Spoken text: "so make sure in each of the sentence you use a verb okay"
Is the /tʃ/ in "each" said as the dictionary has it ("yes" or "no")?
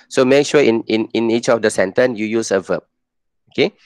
yes